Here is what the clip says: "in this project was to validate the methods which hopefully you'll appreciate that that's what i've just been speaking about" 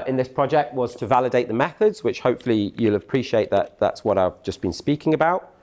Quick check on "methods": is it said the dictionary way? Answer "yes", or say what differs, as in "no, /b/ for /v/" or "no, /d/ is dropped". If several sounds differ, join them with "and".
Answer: yes